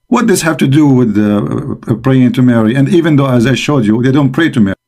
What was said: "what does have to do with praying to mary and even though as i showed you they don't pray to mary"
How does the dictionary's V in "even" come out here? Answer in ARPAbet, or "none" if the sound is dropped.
V